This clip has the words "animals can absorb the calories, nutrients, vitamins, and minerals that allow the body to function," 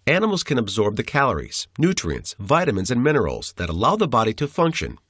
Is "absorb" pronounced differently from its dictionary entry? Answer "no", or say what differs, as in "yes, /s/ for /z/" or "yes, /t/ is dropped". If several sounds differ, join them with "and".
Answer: no